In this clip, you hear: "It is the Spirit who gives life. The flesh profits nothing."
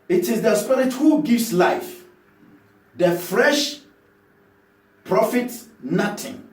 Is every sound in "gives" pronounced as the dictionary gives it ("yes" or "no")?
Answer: no